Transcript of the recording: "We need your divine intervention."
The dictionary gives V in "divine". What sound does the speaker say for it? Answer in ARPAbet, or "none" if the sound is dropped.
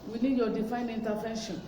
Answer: F